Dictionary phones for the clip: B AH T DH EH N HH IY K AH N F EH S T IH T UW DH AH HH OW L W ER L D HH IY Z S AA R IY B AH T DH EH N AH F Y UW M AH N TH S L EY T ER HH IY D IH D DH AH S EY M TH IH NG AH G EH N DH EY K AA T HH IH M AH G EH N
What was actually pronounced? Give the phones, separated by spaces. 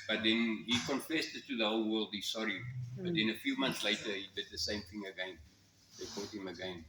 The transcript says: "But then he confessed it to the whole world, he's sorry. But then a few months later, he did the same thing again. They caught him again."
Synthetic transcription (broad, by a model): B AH T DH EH N HH IY K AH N F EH S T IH T UW DH AH HH OW L W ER L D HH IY S AA R IY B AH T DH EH N AH F Y UW M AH N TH S L EY T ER HH IY D IH D DH AH S EY M TH IH NG AH G EH N DH EY K AA T HH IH M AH G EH N